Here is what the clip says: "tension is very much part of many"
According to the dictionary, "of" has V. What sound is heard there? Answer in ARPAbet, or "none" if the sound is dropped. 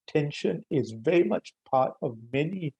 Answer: V